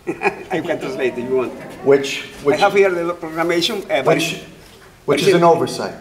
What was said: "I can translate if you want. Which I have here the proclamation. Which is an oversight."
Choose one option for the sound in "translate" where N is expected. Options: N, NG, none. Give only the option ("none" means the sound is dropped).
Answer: none